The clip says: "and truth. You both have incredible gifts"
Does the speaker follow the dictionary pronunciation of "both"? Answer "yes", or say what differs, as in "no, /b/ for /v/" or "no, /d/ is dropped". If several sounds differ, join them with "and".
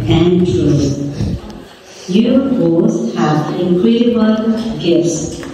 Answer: no, /s/ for /θ/